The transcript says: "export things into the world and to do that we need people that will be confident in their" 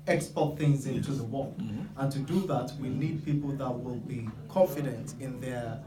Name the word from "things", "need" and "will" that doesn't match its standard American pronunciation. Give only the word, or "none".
none